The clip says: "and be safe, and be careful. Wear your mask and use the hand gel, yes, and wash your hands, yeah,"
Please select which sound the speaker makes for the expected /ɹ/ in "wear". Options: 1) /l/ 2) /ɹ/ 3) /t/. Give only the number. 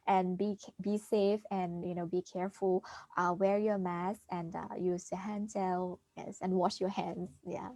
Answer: 2